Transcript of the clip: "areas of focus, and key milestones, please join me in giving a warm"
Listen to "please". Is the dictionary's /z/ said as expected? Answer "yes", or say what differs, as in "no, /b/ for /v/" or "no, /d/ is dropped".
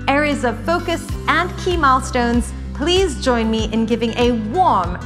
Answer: yes